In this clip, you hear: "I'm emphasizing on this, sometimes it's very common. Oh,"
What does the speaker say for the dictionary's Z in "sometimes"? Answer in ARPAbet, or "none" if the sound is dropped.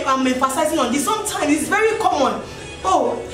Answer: none